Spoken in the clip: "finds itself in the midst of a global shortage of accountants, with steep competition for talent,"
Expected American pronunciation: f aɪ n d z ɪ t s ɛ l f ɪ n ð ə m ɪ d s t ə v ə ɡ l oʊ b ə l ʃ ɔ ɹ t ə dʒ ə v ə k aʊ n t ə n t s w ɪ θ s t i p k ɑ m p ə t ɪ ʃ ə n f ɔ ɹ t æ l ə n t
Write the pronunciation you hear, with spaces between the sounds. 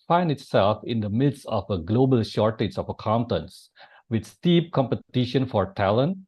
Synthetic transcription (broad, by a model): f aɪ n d ɪ t s ɛ l f ɪ n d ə m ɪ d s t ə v ə ɡ l oʊ b ə l ʃ ɔ ɹ t ə dʒ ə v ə k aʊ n t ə n s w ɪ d s t i p k ɑ m p ə t ɪ ʃ ə n f ɔ ɹ t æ l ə n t